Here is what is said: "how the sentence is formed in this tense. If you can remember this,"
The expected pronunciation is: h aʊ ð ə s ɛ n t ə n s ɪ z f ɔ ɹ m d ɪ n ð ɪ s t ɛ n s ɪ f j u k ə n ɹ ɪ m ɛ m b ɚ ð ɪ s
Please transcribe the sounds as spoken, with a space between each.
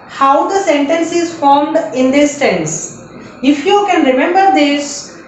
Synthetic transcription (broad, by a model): h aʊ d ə s ɛ n t ə n s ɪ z f ɔ ɹ m d ɪ n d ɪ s t ɛ n s ɪ f j u k ə n ɹ ɪ m ɛ m b ɚ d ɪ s